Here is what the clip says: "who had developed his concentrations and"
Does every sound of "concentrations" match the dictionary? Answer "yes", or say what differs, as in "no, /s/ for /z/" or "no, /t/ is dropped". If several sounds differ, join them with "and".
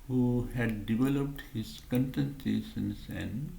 no, /s/ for /ʃ/ and /s/ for /z/